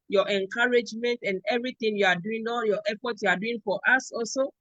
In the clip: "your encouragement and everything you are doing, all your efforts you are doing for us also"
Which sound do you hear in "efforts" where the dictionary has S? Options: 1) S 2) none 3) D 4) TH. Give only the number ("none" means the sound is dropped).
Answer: 2